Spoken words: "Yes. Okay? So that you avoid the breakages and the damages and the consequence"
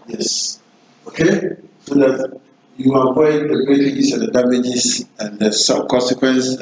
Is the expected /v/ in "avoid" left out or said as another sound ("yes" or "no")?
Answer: yes